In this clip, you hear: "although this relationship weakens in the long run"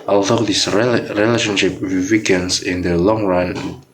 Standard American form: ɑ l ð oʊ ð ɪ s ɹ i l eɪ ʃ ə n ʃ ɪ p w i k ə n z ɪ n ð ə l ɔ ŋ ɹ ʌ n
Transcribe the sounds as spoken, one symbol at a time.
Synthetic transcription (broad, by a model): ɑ l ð oʊ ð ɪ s ɹ i l eɪ ʃ ə n ʃ ɪ p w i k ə n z ɪ n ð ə l ɔ ŋ ɹ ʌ n